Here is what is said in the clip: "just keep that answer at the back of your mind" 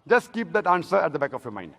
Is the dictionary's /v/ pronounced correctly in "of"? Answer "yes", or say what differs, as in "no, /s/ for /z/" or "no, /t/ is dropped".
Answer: no, /f/ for /v/